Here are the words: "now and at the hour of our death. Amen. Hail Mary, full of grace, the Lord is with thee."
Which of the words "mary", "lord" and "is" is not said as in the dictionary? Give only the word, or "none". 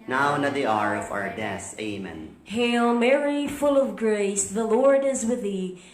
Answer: none